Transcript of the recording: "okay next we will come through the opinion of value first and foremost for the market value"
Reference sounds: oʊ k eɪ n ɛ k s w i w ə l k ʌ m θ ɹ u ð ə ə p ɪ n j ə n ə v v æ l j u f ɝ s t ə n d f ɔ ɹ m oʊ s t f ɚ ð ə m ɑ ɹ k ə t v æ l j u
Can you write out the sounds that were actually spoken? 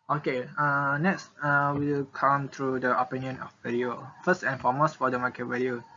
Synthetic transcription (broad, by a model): oʊ k eɪ n ɛ k s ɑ w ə w k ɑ m t ɹ u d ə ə p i n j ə n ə f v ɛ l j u f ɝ s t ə n f ɔ m oʊ s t f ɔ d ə m ɑ k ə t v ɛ l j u